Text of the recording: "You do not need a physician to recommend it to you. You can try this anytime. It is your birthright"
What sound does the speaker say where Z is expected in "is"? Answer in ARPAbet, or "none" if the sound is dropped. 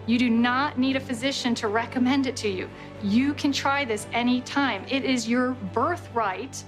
Z